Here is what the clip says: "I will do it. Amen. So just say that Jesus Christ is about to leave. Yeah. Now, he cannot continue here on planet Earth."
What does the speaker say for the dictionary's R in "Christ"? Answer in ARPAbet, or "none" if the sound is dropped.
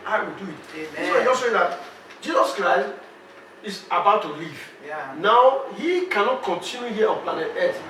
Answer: R